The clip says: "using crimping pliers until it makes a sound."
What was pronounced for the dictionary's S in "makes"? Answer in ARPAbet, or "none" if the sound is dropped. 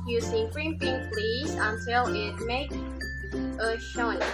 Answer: none